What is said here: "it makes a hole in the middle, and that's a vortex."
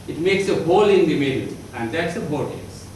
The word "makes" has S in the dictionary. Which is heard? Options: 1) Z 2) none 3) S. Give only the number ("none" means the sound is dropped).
3